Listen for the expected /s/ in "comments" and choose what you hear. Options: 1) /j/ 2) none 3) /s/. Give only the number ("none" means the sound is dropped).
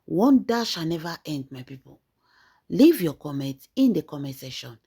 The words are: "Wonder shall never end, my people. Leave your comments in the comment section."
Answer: 2